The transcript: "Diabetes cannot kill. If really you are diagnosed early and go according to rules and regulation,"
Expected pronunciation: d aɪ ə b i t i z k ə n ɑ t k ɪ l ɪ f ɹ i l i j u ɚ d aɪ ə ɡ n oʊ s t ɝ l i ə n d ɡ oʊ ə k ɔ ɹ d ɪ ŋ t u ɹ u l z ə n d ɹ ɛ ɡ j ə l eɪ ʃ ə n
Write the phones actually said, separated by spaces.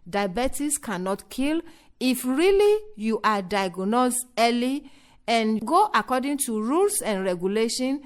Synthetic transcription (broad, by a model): d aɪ b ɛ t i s k ə n ɑ t k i l ɪ f ɹ i l i j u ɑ d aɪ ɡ n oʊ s ɝ l i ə n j ɡ oʊ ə k ɔ d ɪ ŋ t u ɹ u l s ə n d ɹ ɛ ɡ j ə l eɪ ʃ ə n